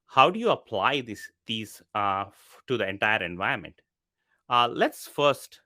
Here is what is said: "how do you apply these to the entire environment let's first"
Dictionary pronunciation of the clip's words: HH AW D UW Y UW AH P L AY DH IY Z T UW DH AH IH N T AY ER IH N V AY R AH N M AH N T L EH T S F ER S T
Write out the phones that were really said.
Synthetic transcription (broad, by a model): HH AW D UW Y UW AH P L AY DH IY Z T UW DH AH IH N T AY ER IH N V AY AH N M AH N T L EH T S F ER S T